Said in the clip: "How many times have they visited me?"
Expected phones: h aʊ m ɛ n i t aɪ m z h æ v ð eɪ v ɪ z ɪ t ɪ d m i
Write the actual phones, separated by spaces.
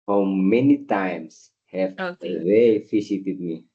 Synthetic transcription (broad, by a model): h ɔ m ɛ n i t aɪ m s h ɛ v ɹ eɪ f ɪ s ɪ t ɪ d m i